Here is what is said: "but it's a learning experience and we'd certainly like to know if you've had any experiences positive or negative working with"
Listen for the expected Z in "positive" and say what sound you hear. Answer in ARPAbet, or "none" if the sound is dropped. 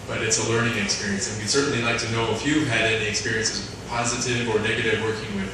Z